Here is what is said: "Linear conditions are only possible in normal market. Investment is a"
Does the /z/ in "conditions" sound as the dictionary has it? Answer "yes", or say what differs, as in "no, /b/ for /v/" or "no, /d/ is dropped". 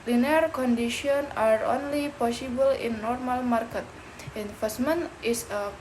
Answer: no, /z/ is dropped